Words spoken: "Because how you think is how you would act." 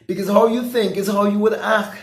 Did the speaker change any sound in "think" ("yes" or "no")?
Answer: no